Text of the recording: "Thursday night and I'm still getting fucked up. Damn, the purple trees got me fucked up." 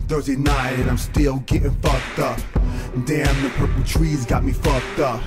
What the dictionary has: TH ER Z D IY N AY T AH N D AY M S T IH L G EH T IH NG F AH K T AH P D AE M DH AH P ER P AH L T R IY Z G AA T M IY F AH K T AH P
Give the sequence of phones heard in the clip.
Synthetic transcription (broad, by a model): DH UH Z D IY N AY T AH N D AY M S T IH L G EH T IH NG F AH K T AH P D AE M DH AH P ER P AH T R IY Z G AA T M IY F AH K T AH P